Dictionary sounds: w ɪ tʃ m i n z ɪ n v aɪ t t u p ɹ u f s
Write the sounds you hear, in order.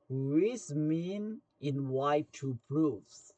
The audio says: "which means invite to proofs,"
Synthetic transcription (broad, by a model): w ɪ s m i n ɪ n w aɪ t t u p ɹ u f s